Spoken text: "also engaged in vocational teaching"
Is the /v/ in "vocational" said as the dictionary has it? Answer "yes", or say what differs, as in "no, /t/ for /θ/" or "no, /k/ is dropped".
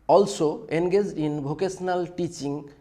no, /b/ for /v/